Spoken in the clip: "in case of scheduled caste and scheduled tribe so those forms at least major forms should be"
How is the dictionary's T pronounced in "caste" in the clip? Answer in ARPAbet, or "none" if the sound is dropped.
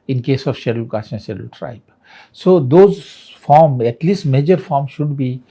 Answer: none